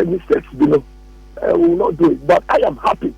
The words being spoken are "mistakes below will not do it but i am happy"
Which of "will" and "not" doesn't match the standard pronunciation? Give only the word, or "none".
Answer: will